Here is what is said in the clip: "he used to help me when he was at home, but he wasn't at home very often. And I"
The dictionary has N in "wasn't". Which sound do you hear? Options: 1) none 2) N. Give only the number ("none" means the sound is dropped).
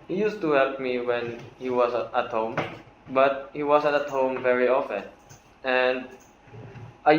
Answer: 1